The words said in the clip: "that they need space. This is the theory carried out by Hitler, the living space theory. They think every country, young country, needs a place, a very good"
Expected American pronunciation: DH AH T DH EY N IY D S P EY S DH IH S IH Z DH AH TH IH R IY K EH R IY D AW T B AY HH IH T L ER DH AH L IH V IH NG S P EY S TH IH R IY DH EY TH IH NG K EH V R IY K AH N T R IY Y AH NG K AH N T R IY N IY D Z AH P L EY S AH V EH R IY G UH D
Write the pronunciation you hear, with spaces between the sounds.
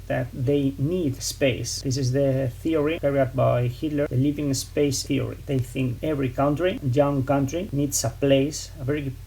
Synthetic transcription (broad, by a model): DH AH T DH EY N IY D S P EY S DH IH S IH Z DH AH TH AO R IY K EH R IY AW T B AY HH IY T L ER DH AH L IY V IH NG S P EY S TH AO R IY DH EY TH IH NG K EH V R IY K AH N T R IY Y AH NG K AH N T R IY N IY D S AH P L EY S AH V EH R IY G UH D